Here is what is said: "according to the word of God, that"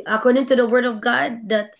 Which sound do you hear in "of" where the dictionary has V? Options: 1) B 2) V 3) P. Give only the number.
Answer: 2